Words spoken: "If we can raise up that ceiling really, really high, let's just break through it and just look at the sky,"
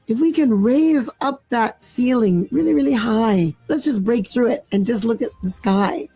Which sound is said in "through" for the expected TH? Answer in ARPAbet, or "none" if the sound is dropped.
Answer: TH